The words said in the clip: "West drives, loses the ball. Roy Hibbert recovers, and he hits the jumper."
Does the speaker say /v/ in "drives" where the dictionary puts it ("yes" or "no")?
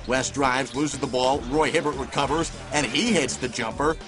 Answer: yes